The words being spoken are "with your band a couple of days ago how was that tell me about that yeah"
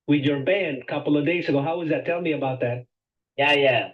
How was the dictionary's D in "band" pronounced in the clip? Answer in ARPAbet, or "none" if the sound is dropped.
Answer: D